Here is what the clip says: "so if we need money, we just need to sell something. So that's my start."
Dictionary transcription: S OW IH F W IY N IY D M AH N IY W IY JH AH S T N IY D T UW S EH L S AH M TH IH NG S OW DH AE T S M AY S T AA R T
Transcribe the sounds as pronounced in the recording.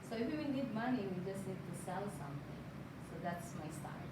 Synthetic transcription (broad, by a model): S OW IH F W IY N IY D M AH N IY W IY JH AH S T N IY D T UW S EH L S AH M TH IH NG S OW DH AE T S M AY S T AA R